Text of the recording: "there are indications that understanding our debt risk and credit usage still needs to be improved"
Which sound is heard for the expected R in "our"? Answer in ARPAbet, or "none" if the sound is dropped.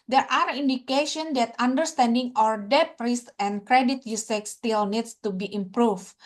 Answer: R